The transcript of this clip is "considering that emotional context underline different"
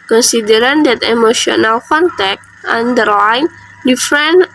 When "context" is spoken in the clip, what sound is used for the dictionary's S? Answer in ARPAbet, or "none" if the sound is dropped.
none